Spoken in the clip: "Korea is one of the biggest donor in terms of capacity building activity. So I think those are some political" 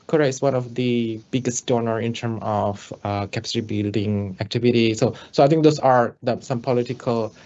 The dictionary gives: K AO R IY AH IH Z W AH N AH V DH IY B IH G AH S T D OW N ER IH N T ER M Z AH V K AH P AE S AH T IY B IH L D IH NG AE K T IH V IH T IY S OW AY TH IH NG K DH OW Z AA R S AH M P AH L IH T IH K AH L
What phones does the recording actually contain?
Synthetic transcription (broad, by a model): K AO R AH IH S W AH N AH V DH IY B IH G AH S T D OW N ER IH N T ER M AH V K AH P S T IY B IH L D IH NG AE K T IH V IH T IY S OW AY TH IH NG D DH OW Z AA R S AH M P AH L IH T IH K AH L